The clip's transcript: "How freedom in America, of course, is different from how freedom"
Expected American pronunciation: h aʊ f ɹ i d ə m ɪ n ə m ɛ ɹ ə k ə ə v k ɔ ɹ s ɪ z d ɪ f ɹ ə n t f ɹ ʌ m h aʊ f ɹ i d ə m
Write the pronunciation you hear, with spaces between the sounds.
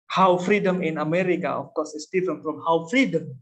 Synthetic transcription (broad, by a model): h aʊ f ɹ i d ə m ɪ n ə m ɛ ɹ ə k ə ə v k ɔ s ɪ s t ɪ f ə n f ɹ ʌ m h aʊ f ɹ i d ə m